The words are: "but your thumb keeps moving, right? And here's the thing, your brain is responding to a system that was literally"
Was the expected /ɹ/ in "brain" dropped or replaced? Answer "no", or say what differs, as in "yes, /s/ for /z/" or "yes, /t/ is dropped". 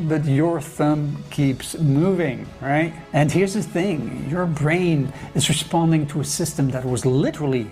no